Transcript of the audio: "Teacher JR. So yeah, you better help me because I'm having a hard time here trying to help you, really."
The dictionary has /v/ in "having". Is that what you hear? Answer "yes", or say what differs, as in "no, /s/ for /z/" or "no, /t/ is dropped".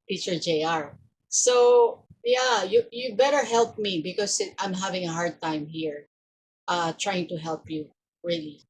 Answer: yes